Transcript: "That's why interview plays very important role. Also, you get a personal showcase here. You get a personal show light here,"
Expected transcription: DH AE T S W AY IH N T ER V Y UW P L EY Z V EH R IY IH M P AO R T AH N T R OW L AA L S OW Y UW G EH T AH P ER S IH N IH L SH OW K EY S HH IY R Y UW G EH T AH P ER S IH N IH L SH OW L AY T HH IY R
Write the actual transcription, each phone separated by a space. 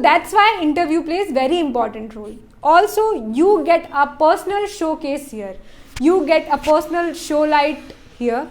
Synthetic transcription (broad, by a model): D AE T S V AY IH N T ER V Y UW P L EY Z V EH R IY IH M P AO R T AH N T R OW L AA L S OW Y UW G EH T AH P ER S IH N IH L SH OW K EY S HH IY R Y UW G EH T AH P ER S IH N IH L SH OW L AY T HH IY R